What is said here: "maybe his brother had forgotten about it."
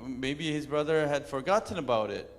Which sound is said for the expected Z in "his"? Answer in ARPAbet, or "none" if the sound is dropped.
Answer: Z